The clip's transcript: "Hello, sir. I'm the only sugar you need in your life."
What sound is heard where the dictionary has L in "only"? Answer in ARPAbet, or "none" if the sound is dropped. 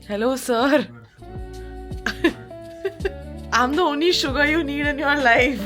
none